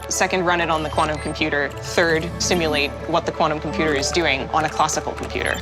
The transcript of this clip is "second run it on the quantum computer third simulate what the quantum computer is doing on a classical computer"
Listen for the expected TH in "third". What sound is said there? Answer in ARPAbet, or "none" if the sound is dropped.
TH